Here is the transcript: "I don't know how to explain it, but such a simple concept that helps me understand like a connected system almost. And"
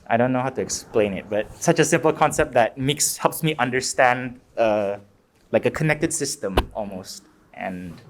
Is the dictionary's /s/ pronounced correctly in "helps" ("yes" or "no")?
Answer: yes